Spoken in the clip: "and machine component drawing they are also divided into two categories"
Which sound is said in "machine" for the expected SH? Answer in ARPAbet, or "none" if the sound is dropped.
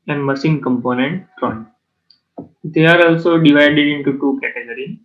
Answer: S